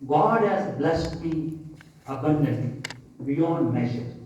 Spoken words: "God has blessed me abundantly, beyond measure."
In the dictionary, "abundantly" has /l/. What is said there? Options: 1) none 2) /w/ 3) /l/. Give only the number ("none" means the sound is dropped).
1